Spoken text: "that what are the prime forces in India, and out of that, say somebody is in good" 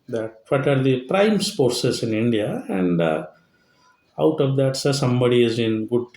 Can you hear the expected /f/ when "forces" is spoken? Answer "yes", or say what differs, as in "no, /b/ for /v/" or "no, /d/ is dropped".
no, /p/ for /f/